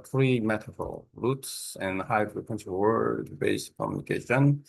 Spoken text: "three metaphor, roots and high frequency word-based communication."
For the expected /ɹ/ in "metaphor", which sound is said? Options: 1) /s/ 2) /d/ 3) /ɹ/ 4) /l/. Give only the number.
4